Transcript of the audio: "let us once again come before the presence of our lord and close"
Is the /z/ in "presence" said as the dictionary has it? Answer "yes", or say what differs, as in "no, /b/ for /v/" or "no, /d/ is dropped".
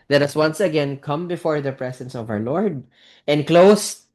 no, /s/ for /z/